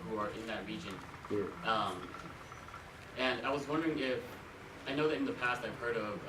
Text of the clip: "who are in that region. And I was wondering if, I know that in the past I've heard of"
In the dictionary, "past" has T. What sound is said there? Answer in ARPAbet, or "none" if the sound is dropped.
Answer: T